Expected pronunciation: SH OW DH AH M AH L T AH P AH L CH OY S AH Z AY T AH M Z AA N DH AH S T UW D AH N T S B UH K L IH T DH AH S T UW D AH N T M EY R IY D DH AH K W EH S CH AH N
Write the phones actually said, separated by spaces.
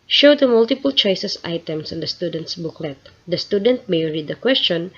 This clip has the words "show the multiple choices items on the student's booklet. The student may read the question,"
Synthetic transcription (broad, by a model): SH OW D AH M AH L T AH P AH L CH OY S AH S AY T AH M S AA N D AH S T UW D AH N T S B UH K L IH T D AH S T UW D AH N T M EY R IY D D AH K W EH S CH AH N